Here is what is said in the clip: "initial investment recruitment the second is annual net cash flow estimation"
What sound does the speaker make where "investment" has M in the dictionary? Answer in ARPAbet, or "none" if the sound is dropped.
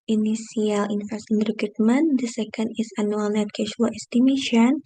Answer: none